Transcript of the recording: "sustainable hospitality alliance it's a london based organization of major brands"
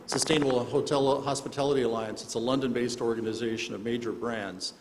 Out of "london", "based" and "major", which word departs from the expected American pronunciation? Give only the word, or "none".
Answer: none